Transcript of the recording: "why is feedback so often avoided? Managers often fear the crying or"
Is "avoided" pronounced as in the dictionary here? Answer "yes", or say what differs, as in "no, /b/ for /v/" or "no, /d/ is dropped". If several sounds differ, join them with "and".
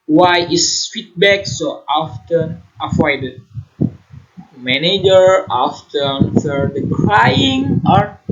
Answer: no, /f/ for /v/